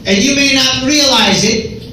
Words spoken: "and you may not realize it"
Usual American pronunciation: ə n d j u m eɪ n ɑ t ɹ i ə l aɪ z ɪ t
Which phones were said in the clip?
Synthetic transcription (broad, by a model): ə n j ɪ m eɪ n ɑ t ɹ i ə l aɪ z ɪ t